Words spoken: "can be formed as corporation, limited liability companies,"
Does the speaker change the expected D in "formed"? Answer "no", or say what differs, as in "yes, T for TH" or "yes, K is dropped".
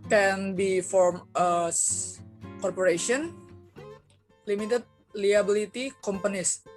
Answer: yes, D is dropped